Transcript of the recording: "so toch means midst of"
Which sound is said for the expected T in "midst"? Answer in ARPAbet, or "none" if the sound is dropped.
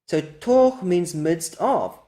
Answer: T